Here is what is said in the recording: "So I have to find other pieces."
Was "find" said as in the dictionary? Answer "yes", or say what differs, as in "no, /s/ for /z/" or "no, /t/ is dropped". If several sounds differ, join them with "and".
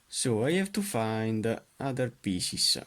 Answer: yes